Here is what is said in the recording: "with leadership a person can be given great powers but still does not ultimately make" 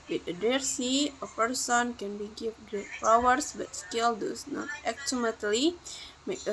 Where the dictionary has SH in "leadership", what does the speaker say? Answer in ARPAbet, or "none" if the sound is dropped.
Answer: S